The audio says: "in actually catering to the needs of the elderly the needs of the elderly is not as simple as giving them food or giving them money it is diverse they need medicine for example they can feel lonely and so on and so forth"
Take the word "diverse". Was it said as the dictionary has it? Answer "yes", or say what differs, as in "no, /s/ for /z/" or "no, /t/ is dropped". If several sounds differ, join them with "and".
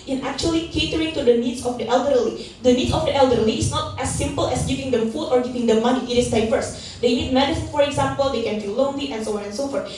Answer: no, /f/ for /v/